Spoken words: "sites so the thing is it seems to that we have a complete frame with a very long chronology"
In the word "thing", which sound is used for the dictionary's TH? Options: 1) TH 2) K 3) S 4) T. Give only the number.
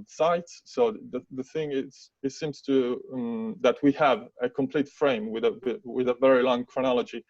1